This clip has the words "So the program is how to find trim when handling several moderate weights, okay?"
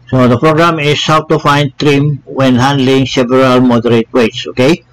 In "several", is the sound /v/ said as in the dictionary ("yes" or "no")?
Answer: no